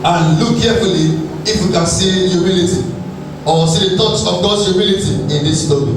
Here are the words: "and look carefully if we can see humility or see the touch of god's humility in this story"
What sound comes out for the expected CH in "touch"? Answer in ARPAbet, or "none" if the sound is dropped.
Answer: S